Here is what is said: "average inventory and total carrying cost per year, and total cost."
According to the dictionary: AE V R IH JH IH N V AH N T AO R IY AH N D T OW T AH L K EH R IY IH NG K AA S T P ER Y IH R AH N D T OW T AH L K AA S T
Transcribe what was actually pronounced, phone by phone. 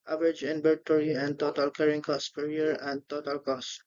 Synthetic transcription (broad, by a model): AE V R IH JH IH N B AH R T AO R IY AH N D T OW T AH L K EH R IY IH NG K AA S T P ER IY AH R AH N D T OW T AH L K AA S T